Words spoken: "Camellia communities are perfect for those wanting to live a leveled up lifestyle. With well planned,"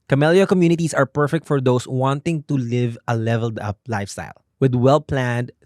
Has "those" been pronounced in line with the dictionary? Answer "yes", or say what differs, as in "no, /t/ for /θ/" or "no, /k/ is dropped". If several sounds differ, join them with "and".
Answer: no, /s/ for /z/